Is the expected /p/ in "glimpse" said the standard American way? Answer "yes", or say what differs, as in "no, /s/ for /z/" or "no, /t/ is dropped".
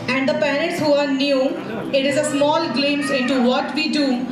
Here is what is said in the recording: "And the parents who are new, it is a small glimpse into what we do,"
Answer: no, /p/ is dropped